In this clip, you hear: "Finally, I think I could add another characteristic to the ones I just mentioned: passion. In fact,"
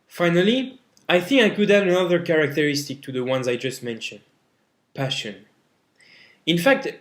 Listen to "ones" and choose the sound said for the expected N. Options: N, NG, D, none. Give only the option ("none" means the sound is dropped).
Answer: N